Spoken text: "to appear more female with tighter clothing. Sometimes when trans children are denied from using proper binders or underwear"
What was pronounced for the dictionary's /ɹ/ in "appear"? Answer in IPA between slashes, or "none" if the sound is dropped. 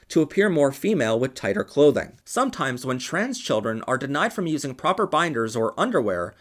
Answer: /ɹ/